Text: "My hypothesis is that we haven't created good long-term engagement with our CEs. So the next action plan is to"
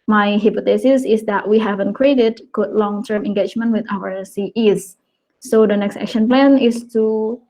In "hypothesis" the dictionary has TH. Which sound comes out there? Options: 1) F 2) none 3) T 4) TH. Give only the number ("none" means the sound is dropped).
3